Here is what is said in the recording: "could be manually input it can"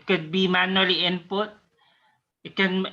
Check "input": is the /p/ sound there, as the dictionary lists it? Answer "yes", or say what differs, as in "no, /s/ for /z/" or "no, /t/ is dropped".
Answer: yes